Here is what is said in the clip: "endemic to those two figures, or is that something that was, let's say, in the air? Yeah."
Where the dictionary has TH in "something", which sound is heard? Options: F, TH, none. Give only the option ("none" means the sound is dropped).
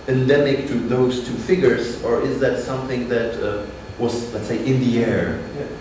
TH